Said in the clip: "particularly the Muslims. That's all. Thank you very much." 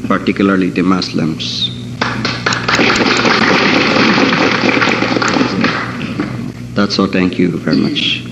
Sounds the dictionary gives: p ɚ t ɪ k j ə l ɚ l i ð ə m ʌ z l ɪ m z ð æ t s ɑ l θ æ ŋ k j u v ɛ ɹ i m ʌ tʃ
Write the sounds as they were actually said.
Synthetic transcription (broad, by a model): p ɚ t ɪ k j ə l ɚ l i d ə m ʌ s l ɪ m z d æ t s ɑ l t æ ŋ k j u v ɛ ɹ i m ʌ tʃ